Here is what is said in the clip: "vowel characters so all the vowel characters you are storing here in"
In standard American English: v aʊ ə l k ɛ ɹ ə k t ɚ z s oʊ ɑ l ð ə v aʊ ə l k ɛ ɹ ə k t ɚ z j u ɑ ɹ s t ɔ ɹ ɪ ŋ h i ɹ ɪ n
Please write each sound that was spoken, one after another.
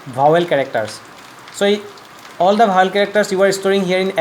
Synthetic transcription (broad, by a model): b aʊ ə l k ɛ ɹ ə k t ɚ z s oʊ ɑ l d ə b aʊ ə l k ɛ ɹ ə k t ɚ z j u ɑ ɹ s t ɔ ɹ ɪ ŋ h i ɹ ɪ n